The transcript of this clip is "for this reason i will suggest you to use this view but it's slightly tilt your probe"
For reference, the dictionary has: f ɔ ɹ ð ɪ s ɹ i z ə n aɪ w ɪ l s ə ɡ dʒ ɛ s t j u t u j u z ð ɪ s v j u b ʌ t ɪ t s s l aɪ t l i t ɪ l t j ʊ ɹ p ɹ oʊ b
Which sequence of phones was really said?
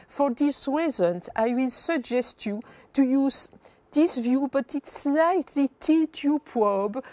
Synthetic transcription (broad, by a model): f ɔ ɹ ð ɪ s ɹ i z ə n aɪ w ɪ l s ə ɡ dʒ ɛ s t j u t u j u z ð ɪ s v j u b ʌ t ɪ t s s l aɪ t l i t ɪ t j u p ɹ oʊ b